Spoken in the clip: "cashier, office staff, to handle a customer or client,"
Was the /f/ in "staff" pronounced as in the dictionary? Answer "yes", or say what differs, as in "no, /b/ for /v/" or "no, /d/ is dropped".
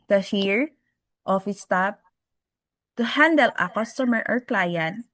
no, /p/ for /f/